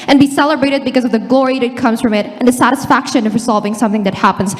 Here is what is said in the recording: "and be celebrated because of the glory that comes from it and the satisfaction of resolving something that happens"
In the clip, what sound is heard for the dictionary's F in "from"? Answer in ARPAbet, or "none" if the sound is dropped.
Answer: F